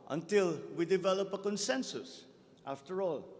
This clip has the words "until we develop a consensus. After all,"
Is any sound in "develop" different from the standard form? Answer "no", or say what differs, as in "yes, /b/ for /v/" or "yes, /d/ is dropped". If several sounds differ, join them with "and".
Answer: no